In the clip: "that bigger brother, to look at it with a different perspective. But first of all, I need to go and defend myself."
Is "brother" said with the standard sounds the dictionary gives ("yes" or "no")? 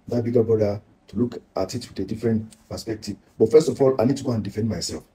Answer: no